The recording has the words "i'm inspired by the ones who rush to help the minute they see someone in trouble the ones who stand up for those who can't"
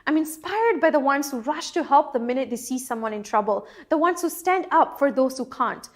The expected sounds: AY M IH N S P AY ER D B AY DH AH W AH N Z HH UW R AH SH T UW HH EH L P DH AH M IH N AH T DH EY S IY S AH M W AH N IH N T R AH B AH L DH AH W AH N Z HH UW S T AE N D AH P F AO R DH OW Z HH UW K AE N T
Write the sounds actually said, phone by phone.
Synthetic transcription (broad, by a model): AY M IH N S P AY ER D B AY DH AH W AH N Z HH UW R AH SH T UW HH EH L P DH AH M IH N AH T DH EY S IY S AH M W AH N IH N T R AH B AH L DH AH W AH N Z HH UW S T AE N D AH P F AO R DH OW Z HH UW K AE N T